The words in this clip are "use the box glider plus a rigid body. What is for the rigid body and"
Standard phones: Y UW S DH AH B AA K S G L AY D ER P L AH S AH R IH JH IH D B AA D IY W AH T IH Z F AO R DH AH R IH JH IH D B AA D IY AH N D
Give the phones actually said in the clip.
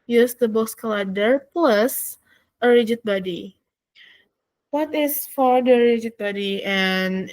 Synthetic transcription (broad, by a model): Y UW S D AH B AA K S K L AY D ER P L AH S AH R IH JH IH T B AA D IY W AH T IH S F AO R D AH R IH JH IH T B AA D IY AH N